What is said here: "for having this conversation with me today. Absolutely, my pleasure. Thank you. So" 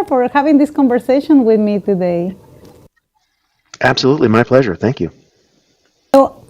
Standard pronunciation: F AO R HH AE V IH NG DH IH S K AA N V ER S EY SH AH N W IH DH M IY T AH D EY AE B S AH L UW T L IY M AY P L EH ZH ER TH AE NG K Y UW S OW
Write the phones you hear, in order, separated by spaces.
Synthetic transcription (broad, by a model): F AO R HH AE V IH NG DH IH S K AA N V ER S EY SH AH N W IH DH M IY T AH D EY AE B S AH L UW T L IY M AY P L EH ZH ER TH AE NG K Y UW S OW